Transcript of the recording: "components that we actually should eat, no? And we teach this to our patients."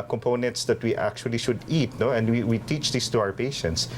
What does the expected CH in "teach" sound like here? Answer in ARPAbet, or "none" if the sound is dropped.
CH